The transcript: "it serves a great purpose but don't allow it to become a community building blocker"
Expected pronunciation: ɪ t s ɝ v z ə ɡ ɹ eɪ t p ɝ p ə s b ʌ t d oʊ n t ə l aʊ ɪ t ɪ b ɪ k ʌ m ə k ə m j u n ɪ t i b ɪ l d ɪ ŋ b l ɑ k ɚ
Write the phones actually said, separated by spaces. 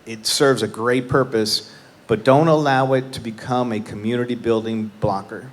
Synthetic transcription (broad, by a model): ɪ t s ɝ v z ə ɡ ɹ eɪ t p ɝ p ə s b ʌ t d oʊ n t ə l aʊ ɪ t ɪ b ɪ k ʌ m ə k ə m j u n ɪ t i b ɪ l d ɪ ŋ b l ɑ k ɚ